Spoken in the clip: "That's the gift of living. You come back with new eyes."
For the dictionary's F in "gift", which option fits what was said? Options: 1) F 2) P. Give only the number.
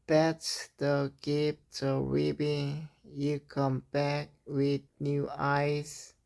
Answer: 2